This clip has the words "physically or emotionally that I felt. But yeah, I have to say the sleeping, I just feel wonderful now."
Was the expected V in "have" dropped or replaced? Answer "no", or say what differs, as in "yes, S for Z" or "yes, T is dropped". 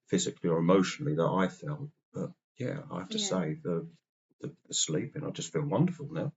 yes, F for V